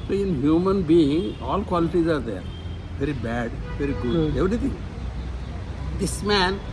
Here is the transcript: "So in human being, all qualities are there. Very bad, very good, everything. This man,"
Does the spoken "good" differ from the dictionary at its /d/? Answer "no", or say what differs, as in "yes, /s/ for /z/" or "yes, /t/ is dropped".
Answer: yes, /d/ is dropped